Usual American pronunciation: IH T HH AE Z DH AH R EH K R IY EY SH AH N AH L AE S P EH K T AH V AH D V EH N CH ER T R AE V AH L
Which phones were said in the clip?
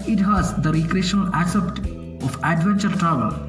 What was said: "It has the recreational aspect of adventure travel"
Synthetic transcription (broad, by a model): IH T HH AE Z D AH R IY K R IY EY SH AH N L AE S EH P T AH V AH D V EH N CH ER T R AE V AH L